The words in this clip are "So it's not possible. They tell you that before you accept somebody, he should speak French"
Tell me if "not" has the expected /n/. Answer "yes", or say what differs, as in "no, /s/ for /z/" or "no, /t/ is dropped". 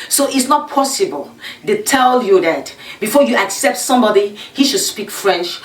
yes